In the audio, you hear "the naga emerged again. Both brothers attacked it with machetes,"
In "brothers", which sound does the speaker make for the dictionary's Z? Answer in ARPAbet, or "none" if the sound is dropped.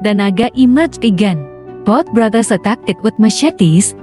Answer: S